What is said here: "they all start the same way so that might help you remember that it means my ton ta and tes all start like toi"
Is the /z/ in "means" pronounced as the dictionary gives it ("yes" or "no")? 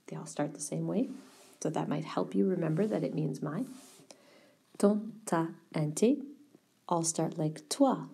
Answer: yes